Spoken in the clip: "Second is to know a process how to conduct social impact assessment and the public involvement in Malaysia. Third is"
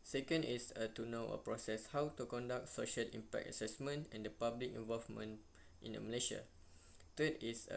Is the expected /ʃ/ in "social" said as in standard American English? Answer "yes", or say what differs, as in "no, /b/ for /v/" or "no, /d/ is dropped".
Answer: yes